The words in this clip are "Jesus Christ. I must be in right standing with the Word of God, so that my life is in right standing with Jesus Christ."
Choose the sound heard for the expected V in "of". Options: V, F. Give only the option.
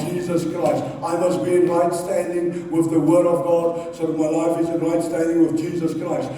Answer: V